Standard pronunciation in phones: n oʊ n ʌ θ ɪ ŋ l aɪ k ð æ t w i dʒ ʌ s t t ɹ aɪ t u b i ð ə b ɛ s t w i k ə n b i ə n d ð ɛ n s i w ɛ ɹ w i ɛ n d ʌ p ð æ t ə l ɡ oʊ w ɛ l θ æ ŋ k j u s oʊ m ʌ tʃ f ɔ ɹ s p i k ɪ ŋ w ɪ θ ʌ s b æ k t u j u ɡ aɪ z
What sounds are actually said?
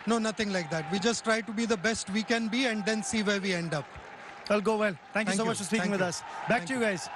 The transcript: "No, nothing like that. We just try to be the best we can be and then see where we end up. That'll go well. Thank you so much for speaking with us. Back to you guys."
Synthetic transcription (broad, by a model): n oʊ n ʌ t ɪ ŋ l aɪ k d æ t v i dʒ ʌ s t t ɹ aɪ t u b i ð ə b ɛ s t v i k ə n b i ə n d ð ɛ n s i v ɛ ɹ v i ɛ n d ʌ p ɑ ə l ɡ oʊ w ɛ l t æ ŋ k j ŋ s oʊ m ʌ tʃ f ɔ ɹ s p i ɪ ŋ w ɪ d ʌ s b æ k t u j u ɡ aɪ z